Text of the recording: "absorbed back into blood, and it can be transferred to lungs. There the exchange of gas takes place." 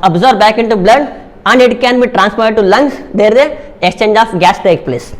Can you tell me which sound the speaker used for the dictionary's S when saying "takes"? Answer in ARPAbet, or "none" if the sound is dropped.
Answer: none